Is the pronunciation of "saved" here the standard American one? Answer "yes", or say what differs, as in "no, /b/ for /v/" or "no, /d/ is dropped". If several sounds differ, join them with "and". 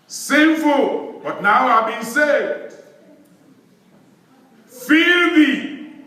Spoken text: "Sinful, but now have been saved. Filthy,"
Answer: no, /v/ is dropped